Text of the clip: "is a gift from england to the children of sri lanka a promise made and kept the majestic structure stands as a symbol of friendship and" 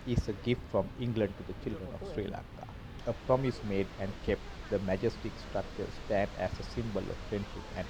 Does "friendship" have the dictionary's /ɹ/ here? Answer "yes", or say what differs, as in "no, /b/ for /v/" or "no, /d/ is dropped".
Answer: yes